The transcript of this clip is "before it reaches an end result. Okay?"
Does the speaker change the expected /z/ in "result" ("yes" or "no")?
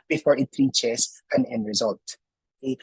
no